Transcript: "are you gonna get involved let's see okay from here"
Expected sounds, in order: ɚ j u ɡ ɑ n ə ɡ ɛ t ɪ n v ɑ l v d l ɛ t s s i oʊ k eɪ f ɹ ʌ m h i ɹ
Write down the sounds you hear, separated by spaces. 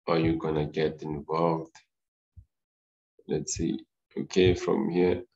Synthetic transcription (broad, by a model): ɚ j u ɡ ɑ n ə ɡ ɛ t ɪ n v ɑ l v d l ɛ t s s i oʊ k eɪ f ɹ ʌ m h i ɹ